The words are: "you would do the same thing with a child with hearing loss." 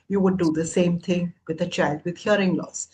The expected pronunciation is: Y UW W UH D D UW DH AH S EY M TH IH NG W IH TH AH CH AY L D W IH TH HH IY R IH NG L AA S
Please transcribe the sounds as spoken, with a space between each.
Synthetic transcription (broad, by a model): Y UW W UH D D UW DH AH S EY M T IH NG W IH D AH CH AY L D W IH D HH IY R IH NG L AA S